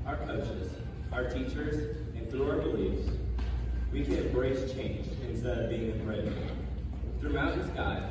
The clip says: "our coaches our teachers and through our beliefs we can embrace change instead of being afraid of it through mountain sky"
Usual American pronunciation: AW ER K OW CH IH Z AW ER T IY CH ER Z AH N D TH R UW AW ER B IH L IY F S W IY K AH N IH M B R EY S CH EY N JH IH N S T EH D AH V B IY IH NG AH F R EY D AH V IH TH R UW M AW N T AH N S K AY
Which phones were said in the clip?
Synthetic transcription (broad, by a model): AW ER K OW CH IH Z AW ER T IY CH ER Z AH N TH R UW AW ER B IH L IY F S W IY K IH B R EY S CH EY N JH IH N S T EH D AH V B IY IH NG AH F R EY AH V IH TH R UW AW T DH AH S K AY